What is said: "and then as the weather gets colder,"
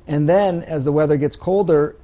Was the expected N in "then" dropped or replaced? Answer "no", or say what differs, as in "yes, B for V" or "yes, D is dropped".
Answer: no